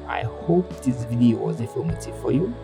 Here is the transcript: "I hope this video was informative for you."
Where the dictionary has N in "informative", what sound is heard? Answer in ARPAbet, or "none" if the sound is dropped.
none